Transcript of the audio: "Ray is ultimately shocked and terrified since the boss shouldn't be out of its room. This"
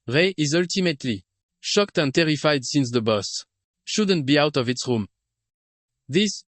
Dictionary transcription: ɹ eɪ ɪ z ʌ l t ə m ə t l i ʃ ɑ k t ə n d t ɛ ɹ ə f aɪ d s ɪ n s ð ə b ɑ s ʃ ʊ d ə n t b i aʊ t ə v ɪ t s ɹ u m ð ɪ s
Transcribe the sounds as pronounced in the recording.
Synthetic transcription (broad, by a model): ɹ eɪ ɪ z ʌ l t ə m ə t l i ʃ ɑ k t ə n t ɛ ɹ ə f aɪ d s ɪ n s ð ə b ɑ s ʃ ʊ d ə n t b i aʊ t ə v ɪ t s ɹ u m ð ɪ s